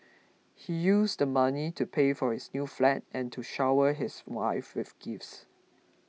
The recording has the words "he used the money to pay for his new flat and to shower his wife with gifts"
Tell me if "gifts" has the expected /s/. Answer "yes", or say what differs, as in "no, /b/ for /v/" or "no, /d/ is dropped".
yes